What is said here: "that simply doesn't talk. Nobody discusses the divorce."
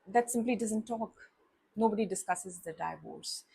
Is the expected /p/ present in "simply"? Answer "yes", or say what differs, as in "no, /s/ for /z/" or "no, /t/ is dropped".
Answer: yes